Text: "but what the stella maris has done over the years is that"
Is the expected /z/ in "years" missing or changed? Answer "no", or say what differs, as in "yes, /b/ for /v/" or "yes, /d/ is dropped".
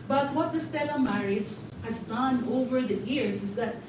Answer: yes, /s/ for /z/